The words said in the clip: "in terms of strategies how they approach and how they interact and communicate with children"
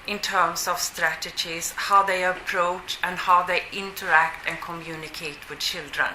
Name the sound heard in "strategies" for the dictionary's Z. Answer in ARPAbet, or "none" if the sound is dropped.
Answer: S